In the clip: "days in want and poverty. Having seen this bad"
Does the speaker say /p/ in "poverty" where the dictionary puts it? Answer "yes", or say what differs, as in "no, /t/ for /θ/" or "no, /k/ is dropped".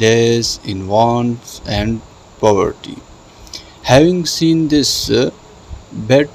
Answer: yes